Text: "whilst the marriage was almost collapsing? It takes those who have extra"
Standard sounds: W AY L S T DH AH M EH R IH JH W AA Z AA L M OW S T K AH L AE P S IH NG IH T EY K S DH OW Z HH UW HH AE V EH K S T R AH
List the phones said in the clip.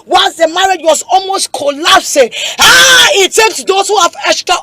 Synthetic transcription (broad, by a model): W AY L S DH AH M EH R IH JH W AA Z AA L M OW S T K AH L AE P S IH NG IH T EY K S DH OW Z HH UW HH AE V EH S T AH